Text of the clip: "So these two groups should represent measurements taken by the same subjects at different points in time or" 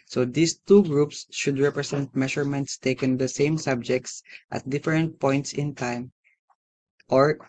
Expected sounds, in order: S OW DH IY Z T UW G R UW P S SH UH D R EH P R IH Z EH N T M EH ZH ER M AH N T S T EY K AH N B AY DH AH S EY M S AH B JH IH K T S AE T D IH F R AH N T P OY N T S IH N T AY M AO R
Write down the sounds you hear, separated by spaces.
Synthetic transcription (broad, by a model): S OW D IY S T UW G R UW P S SH UH D R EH P R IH S EH N T M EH SH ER M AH N T S T EY K AH N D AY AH S EY M S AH B JH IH K T S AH T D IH F R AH N T P OY N T S IH N T AY M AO R